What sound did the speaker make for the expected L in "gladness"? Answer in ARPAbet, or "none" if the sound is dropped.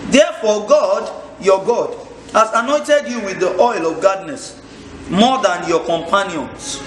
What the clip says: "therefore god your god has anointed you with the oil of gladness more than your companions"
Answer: none